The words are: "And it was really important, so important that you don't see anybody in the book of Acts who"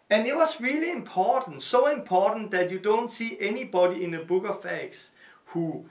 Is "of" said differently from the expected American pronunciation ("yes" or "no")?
yes